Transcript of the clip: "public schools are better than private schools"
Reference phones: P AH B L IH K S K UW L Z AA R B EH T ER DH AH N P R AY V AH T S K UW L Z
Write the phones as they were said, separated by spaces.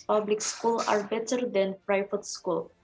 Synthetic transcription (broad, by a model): P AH B L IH K S K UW L AA R B EH T ER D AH N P R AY F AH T S K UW L